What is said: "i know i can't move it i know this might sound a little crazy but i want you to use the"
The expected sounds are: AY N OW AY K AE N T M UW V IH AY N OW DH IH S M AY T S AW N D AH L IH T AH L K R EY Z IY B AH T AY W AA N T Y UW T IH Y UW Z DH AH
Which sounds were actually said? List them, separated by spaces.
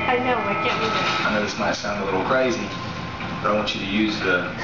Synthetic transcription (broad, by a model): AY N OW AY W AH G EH IH AY N OW DH IH S M AY T S AW N D AH L IH T L K R EY Z IY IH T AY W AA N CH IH T IH Y UW Z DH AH